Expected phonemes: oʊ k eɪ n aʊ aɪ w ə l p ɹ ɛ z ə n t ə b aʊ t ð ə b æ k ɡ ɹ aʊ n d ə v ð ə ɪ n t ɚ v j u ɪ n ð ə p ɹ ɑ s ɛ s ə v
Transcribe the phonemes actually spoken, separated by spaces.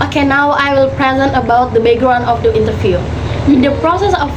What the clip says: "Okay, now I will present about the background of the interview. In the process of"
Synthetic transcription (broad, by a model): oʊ k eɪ n aʊ aɪ w ə l p ɹ ɛ z ə n t ə b aʊ t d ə b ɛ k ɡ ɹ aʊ n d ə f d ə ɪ n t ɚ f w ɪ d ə p ɹ ɑ s ɛ s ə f